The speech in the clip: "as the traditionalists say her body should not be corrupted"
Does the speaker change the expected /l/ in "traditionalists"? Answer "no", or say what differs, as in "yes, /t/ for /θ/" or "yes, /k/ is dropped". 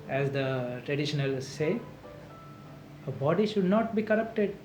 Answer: yes, /n/ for /l/